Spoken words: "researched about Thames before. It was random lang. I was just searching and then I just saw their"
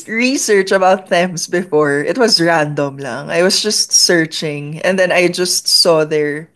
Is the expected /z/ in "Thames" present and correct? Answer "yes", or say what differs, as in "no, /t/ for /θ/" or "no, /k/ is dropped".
no, /s/ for /z/